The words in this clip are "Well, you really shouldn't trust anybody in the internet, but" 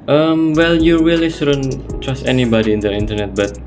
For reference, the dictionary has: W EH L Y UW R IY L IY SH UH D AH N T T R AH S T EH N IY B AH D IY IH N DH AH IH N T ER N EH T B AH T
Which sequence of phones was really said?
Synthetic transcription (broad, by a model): W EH L Y UW R IY L IY S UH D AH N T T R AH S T EH N IY B AH D IY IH N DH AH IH N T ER N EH T B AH T